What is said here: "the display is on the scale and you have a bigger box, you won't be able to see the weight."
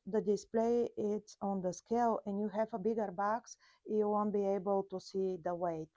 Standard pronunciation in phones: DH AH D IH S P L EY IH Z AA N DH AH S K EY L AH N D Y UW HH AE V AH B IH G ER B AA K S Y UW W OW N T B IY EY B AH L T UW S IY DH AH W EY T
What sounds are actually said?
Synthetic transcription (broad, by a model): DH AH D IH S P L EY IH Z AA N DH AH S K EY L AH N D Y UW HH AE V AH B IH G ER B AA K S Y UW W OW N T B IY EY B AH L T UW S IY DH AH W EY T